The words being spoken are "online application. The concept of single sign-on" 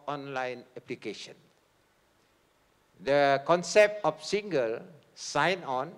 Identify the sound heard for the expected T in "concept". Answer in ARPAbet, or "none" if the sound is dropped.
T